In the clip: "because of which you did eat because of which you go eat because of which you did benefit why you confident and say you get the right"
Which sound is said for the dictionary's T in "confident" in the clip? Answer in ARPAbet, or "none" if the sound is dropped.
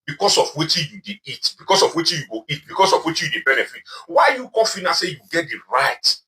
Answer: none